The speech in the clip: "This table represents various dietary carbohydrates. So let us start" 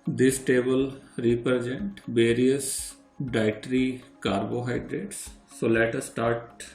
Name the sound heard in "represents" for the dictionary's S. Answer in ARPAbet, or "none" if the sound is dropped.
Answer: none